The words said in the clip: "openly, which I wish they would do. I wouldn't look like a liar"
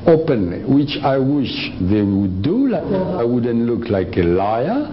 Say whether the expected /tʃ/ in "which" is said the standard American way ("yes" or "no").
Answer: yes